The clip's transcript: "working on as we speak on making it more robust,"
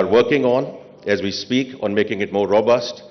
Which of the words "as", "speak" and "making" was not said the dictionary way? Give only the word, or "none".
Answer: none